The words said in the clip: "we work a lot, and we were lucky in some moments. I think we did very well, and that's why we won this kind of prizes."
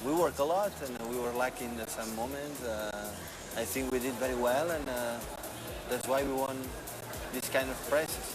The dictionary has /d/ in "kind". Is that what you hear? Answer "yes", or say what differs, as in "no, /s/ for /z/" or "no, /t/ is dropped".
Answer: yes